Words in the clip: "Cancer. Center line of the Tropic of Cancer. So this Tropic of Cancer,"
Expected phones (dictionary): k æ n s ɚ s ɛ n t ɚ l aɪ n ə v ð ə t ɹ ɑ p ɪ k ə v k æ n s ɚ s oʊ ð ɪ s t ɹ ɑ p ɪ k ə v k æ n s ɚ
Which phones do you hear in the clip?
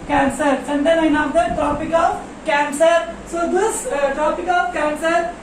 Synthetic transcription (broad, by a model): k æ n s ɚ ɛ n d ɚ n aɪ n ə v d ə t ɹ ɑ p ɪ k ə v k æ n s ɚ s oʊ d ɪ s t ɹ ɑ p ɪ k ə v k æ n s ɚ